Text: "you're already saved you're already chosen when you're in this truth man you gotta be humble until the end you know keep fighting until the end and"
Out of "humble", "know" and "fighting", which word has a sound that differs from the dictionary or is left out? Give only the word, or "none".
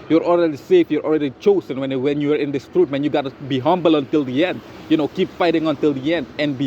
none